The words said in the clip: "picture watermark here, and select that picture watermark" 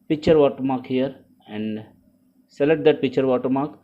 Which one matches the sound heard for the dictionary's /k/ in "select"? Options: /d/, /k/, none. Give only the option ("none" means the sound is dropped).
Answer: none